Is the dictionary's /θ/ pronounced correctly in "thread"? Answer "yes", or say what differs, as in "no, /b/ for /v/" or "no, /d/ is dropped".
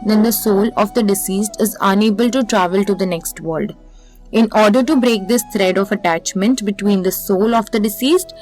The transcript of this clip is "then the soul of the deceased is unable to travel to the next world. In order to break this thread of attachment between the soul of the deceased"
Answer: no, /t/ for /θ/